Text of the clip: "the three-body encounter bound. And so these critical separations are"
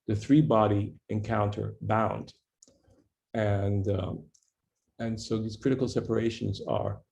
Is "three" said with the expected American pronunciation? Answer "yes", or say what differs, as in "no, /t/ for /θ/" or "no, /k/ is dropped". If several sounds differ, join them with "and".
yes